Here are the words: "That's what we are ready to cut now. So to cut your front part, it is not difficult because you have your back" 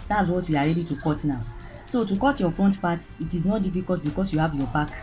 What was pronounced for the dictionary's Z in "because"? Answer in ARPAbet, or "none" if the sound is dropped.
S